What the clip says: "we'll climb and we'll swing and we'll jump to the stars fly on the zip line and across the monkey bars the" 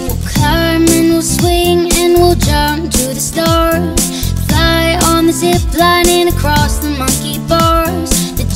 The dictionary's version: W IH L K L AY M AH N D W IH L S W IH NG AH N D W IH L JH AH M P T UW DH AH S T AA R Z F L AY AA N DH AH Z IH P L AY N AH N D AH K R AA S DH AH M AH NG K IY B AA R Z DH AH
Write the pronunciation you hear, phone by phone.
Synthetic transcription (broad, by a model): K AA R M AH N W IH L S W IH NG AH N W IH L JH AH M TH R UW DH AH S T AA R Z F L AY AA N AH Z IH B L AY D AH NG AH K R AA S DH AH M AH NG K IY B AA R Z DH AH